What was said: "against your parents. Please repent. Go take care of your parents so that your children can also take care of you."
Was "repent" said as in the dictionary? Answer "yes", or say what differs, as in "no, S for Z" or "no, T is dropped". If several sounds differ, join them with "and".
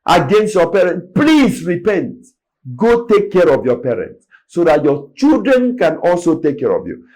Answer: yes